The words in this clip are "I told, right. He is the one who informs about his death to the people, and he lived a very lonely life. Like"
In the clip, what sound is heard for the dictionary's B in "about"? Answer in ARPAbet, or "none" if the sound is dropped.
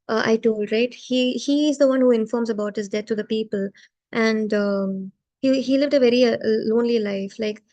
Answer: B